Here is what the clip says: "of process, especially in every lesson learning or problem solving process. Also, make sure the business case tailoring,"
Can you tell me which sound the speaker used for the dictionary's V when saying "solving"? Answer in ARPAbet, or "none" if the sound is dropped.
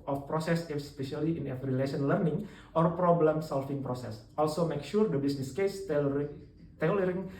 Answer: F